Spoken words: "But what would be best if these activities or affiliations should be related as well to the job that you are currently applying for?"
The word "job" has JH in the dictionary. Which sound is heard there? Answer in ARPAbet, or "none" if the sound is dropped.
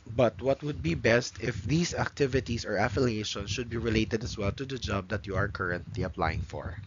JH